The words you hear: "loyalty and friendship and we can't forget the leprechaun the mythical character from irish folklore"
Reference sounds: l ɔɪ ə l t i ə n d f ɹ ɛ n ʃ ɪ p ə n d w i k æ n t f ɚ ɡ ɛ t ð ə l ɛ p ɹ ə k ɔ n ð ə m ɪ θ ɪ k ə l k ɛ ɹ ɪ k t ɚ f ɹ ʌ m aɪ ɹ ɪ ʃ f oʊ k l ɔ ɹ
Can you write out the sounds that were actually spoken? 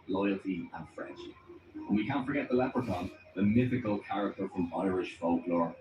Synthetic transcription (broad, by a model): l ɔɪ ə l t i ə n f ɹ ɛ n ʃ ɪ ə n w i k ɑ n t f ɚ ɡ ɛ t ð ə l ɛ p ɹ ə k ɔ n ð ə m ɪ θ ɪ k ə l k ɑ ɹ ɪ k t ɚ f ɹ ʌ m aɪ ɹ ɪ ʃ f oʊ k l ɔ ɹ